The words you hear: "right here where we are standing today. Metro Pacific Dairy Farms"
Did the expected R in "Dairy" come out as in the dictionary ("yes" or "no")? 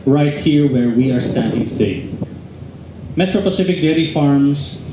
no